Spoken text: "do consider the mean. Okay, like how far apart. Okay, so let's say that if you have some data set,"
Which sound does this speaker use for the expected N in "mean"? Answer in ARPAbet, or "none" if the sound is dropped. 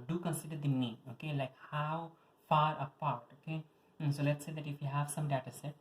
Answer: none